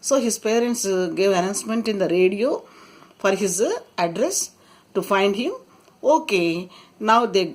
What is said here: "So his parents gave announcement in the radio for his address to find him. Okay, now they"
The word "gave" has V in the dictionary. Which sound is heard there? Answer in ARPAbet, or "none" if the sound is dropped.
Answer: V